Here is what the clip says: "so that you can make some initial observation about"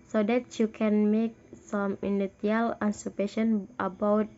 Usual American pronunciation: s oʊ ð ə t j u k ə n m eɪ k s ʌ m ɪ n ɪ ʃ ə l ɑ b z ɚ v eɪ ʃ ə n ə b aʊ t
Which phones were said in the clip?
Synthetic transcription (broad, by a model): s oʊ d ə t j u k ə n m eɪ k s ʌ m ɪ n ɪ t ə l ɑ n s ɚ p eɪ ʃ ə n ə b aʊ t